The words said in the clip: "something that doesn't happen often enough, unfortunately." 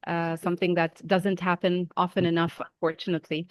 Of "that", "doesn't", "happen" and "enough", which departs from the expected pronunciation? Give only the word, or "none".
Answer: none